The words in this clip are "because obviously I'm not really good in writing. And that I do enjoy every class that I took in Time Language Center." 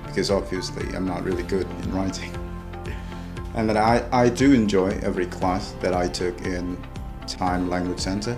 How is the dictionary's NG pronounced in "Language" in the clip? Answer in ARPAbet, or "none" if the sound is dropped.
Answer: NG